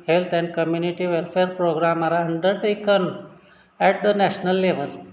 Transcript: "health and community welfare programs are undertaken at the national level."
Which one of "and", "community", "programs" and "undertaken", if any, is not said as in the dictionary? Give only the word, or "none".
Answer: programs